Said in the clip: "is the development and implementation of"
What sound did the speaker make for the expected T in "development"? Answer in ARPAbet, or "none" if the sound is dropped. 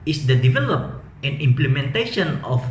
none